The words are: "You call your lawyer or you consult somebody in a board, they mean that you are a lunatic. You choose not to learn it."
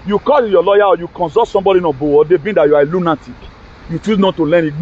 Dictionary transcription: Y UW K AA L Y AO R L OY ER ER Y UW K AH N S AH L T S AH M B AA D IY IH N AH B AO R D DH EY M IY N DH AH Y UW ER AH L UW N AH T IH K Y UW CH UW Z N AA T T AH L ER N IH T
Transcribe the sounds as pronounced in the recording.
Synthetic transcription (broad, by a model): Y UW K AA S Y AO L OY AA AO Y UW K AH N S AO T S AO M B AA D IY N AH B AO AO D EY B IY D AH Y UW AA AH L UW N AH T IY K Y UW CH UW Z N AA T T AH L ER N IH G